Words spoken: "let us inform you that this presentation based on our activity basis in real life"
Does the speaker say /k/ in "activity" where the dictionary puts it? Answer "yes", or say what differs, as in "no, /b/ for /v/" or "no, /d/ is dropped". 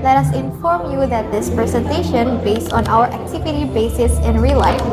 yes